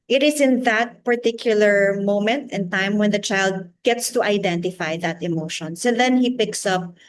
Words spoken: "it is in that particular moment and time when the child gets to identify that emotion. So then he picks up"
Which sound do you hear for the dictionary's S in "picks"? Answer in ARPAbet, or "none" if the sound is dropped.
S